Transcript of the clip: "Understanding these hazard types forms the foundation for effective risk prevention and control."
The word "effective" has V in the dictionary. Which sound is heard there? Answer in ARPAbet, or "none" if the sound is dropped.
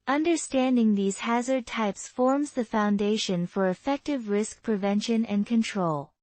V